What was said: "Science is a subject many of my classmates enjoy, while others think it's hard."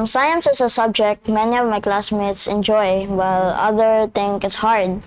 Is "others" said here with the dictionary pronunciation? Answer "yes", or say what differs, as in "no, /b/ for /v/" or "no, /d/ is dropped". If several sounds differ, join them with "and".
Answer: no, /z/ is dropped